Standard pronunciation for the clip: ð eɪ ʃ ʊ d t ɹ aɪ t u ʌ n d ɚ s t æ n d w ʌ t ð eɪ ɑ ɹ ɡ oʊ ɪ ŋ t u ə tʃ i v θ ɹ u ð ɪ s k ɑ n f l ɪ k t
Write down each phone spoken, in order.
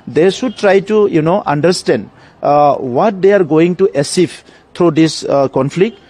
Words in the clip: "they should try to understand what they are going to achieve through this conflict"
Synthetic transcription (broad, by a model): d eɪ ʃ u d t ɹ aɪ t u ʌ n d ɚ s t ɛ n d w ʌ t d eɪ ɑ ɹ ɡ oʊ ɪ ŋ t u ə s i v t ɹ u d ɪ s k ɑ n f l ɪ k t